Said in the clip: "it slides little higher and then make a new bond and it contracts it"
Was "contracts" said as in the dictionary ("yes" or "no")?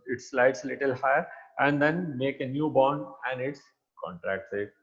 yes